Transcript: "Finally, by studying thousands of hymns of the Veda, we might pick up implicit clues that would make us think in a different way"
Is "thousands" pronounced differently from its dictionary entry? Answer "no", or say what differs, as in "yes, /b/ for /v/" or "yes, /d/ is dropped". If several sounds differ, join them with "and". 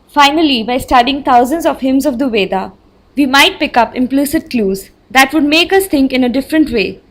yes, /t/ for /θ/